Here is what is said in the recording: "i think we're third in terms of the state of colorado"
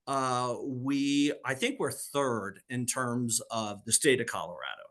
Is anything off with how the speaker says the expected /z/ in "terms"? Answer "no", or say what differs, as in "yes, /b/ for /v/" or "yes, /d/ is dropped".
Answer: no